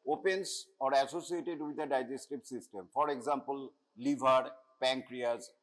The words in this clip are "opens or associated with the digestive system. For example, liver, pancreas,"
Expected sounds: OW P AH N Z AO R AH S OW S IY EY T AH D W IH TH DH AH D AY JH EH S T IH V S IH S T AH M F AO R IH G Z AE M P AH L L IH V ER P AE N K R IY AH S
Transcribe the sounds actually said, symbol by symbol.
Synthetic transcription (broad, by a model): OW P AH N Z AO R AH S OW S IY EY T AH D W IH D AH D AY JH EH S T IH B S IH S T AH M F AO R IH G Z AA M P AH L L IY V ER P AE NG K R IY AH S